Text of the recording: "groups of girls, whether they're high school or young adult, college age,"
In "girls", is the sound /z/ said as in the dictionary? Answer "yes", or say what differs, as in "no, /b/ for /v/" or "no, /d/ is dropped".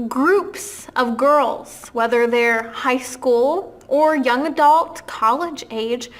yes